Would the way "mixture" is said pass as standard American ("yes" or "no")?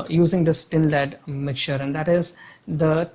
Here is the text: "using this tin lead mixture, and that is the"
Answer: no